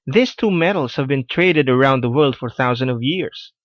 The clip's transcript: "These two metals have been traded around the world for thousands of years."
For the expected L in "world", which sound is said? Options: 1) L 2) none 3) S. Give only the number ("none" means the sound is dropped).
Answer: 1